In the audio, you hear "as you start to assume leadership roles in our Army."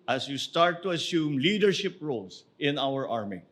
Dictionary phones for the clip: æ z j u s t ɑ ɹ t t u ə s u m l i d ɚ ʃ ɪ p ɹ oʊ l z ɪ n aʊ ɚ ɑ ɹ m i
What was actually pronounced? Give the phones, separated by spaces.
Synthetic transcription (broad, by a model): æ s j u s t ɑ ɹ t t u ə s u m l i d ɚ ʃ ɪ p ɹ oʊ l s ɪ n aʊ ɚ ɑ ɹ m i